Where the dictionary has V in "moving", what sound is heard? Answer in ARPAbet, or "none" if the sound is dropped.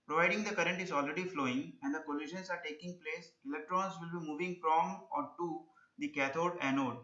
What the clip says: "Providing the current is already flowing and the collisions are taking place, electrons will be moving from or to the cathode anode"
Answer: V